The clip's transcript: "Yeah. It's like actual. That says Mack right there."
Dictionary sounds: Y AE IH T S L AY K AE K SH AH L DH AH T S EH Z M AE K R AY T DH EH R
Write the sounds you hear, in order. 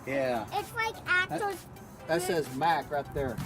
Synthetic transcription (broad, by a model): Y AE IH T S L AY K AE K AH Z DH AH T S EH Z M AE K R AY T DH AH R